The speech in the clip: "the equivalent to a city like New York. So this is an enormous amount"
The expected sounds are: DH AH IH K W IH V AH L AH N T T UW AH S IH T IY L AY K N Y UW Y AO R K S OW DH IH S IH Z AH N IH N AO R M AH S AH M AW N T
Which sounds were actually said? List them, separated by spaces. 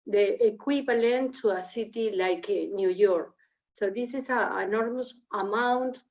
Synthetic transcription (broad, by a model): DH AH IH K W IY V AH L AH N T T UW AH S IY T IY L AY K N Y UW Y AO R K S OW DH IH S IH S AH IH N AO R M AH S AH M AW N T